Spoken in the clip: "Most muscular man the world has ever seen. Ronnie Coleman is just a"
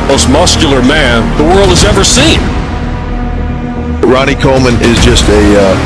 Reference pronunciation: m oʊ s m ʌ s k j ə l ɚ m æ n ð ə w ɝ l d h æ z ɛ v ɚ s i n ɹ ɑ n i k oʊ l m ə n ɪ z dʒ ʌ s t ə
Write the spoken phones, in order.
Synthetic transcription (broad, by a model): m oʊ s m ʌ s k j l ɚ m æ n ð ə w ɝ l d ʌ z ɛ v ɚ s i n ɹ ɑ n i k oʊ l m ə n ɪ z dʒ ʌ s t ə